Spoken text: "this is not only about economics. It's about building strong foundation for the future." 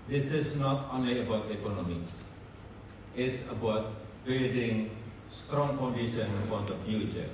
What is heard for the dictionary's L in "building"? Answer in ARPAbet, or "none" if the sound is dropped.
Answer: none